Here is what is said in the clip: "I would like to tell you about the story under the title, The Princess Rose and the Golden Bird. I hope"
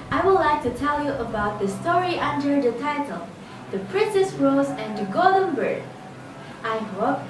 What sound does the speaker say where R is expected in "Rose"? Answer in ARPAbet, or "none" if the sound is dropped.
R